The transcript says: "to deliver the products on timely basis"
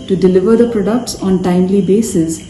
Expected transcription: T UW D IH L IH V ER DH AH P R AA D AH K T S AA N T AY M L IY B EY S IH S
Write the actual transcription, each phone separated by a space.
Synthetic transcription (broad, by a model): T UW D IH L IH V ER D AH P R AA D AH K T S AA N T AY M L IY B EY S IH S